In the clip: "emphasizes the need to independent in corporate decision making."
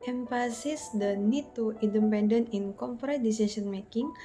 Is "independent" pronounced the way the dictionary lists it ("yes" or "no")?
no